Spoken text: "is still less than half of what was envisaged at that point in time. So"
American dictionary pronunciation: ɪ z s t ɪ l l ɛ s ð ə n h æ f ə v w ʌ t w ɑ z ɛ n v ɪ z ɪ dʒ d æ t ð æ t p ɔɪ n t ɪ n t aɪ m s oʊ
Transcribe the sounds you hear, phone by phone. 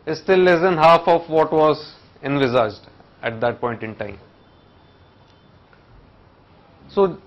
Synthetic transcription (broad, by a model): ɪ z s t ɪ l l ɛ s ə n h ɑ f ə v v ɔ t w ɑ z ɛ n v ɪ z ɪ dʒ d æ t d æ t p ɔɪ n t ɪ n t aɪ m s oʊ